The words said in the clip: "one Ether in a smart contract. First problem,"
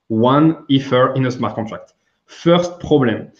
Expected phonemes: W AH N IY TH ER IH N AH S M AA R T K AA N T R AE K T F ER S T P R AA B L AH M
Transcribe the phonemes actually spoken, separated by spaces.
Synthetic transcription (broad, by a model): W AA N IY F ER IH N AH S M AA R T K AA T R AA K T F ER S T P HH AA B L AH M